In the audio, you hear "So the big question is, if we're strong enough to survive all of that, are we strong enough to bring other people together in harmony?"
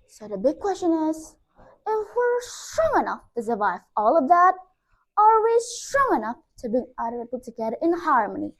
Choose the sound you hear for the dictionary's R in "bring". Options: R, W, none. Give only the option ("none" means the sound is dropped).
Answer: none